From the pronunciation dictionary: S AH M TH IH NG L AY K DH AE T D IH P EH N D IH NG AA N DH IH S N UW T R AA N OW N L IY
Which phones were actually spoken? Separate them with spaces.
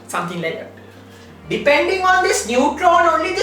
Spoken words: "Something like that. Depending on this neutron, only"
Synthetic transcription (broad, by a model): S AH M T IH NG L AY K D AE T D IH P EH N D IH NG AA N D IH S N UW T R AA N OW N L IY